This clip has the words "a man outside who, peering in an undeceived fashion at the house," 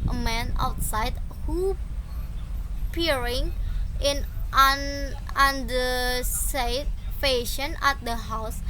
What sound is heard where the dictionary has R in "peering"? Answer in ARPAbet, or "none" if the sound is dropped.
R